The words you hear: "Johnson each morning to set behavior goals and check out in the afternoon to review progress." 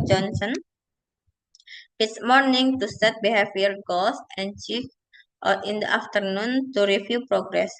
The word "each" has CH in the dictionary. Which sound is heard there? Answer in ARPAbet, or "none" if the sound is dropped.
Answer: S